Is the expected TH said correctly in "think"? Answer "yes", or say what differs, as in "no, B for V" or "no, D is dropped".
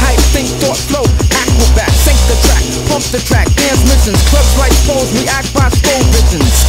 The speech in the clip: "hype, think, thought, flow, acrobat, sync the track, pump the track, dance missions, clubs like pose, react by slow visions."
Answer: no, S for TH